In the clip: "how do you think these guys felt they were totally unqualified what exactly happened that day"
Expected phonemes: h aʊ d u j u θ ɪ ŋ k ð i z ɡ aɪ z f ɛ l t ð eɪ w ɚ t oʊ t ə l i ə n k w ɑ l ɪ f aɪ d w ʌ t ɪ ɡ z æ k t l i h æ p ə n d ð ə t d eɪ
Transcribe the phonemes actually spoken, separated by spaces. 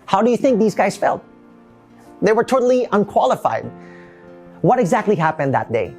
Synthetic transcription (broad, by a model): h aʊ d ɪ j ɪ θ ɪ ŋ k ð i z ɡ aɪ z f ɛ l t ð eɪ w ɚ t oʊ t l i ə n k w ɑ l ɪ f aɪ d w ʌ t ɪ ɡ z æ k t l i h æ p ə n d ð ə t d eɪ